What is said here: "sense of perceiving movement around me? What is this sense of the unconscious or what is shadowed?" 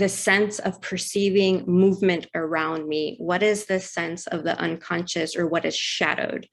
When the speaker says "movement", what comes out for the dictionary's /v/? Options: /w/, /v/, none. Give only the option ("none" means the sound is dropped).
/v/